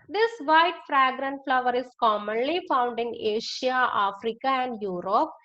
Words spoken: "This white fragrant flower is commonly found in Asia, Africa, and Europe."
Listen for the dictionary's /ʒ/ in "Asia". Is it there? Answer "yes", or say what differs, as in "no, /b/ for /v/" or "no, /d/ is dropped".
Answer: no, /ʃ/ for /ʒ/